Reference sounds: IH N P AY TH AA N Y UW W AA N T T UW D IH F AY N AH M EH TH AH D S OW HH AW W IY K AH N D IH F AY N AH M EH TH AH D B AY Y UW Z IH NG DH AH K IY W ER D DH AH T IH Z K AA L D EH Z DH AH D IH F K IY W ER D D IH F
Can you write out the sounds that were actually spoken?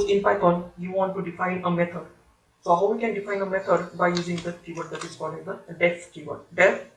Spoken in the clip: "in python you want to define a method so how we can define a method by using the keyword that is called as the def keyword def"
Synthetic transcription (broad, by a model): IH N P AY T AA N Y UW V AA N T T UW D IH F AY N AH M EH T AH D S OW HH AW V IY K AH N D IH F AY N AH M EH T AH D B AY Y UW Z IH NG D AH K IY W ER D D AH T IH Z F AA D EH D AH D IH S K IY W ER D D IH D